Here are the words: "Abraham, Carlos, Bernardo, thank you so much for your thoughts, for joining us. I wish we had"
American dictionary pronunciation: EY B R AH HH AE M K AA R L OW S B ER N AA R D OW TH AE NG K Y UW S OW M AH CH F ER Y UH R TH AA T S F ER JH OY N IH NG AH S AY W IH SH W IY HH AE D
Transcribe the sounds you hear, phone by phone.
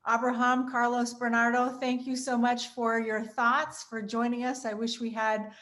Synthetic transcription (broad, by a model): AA B R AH HH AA M K AA R L OW S B ER N AA R D OW TH AE NG K Y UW S OW M AH CH F ER Y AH R TH AA T S F ER JH OY N IH NG AH S AY W IH SH W IY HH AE D